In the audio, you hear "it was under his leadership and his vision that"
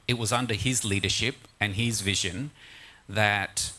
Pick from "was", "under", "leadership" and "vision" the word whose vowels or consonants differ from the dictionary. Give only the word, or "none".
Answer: none